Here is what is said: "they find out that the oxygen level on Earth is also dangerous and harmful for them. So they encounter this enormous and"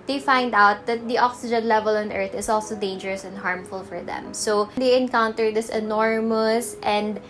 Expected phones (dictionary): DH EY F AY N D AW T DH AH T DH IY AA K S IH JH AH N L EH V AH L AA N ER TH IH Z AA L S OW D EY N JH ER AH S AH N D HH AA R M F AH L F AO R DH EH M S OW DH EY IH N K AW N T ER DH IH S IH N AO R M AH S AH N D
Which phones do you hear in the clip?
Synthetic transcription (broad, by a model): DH EY F AY N D AW T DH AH T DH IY AA K S IH JH AH N L EH V AH L AA N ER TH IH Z AA L S OW D EY N JH ER AH S AH N D HH AA R M F AH L F AO R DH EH M S OW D EY IH N K AW N T ER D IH S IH N AO R M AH S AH N D